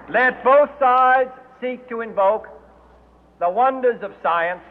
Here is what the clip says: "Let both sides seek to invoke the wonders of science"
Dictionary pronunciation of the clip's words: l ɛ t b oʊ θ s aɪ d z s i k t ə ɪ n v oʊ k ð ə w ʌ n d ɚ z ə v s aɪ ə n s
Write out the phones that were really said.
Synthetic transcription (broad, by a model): l ɛ t b oʊ θ s aɪ d z s i k t ə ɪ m v oʊ k ð ə w ʌ n d ɚ z ə v s aɪ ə n s